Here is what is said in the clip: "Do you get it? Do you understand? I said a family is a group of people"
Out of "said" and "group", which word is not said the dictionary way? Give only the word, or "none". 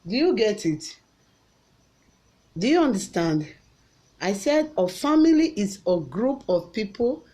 none